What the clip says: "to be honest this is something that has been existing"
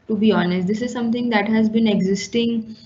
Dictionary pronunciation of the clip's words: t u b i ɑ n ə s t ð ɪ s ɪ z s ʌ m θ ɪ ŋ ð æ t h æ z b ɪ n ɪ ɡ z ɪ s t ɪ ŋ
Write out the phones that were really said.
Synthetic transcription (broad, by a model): t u b i ɑ n ə s t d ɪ s ɪ z s ʌ m t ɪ ŋ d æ t h æ z b ɪ n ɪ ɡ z ɪ s t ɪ ŋ